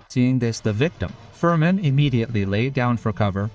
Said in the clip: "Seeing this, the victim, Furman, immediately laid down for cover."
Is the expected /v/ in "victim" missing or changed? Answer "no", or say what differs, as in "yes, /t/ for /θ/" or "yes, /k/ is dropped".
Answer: no